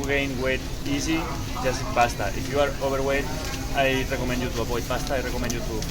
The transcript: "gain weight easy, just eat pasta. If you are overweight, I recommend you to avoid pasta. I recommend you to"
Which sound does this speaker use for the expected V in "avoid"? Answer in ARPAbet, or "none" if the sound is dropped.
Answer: P